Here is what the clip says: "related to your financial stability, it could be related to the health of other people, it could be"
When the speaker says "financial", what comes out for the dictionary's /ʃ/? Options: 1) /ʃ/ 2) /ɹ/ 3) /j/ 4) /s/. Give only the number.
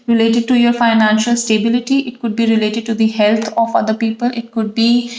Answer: 1